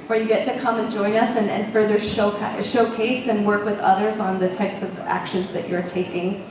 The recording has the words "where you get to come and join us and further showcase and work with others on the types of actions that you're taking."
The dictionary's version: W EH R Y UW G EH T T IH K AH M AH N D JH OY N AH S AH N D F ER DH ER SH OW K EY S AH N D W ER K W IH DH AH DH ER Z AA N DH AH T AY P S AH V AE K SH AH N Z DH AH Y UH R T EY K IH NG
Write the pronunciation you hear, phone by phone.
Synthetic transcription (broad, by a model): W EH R Y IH G EH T T IH K AH M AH N JH OY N AH S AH N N F ER DH ER SH OW K EY S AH N W ER K W IH DH AH DH ER Z N DH AH T AY P S AH V AE K SH AH N Z DH AH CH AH R T EY K IH NG